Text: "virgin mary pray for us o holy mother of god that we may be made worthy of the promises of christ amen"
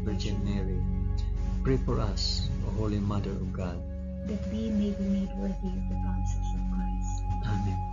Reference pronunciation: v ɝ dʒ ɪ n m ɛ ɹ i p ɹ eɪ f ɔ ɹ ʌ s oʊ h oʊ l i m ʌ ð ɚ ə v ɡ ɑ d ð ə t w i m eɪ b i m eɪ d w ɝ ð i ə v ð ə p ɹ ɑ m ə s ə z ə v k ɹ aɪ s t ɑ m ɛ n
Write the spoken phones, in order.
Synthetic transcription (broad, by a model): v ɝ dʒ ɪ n m ɛ ɹ i p ɹ eɪ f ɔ ɹ ʌ s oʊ h oʊ l i m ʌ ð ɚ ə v ɡ ɑ d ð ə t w i m eɪ b i m eɪ d w ɝ ð i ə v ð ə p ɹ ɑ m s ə s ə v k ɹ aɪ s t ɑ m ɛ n